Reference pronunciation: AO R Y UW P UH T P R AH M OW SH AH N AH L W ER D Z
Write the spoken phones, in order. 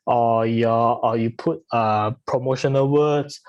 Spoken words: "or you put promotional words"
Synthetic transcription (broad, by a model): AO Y Y UW P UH T P R AH M OW SH AH N AH L W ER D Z